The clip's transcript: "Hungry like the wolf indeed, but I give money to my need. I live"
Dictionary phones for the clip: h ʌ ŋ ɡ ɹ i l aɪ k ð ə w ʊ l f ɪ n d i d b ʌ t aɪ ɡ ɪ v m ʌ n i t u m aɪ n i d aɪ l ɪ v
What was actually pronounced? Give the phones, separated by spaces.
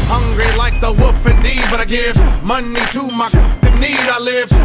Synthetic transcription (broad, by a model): h ʌ ŋ ɡ ɹ i l aɪ k ð ə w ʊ f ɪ n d i b ʌ t aɪ ɡ ɪ v m ʌ n i t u m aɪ n i d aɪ l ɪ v